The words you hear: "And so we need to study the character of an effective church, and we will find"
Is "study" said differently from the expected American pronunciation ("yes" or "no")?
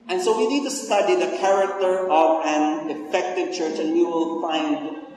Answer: yes